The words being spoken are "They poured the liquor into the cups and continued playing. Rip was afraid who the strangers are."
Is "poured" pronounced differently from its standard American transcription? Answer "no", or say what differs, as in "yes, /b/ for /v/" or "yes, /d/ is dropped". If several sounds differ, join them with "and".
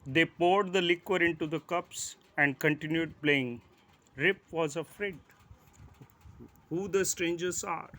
no